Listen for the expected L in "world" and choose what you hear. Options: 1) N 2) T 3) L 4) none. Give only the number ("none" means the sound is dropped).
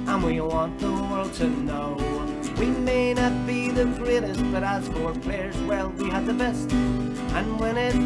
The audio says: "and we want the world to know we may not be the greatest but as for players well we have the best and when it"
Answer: 3